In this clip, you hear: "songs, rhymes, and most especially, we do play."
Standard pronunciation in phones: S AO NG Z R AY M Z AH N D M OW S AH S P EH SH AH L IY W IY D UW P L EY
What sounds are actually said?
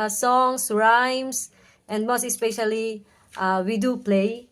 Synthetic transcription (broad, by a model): S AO NG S R AY M S AH N D M OW S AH S P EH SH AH L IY W IY D UW P L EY